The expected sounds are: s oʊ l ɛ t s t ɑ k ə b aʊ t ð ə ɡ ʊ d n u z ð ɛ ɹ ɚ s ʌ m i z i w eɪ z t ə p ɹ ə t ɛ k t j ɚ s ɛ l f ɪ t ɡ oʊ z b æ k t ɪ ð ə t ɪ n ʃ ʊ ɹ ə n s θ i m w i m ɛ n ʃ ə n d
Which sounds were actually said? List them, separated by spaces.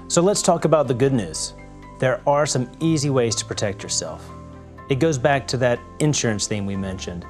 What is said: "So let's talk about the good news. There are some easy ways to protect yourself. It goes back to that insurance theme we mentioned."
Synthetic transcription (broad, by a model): s oʊ l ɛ t s t ɑ k ə b aʊ t ð ə ɡ ʊ d n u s ð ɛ ɹ ɚ s ʌ m i z i w eɪ z t ə p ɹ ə t ɛ k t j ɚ s ɛ l f ɪ t ɡ oʊ z b æ k t ɪ ð ə t ɪ n ʃ ʊ ɹ ə n s θ i m w i m ɛ n ʃ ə n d